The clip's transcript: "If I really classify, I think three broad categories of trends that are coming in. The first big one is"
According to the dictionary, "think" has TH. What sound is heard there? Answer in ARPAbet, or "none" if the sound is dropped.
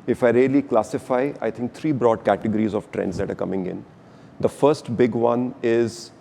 T